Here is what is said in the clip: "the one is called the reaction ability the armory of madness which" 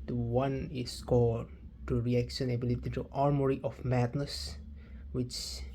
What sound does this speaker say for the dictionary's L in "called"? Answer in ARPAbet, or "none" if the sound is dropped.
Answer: none